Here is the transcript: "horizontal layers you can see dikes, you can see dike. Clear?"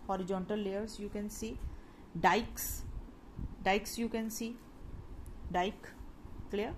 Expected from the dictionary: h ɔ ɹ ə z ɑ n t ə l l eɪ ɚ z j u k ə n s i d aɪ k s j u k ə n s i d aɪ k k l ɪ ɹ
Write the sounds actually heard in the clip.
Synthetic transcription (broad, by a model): h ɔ ɹ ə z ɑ n t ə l l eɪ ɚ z j u k ə n s i d aɪ k s j u k ə n s i d aɪ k k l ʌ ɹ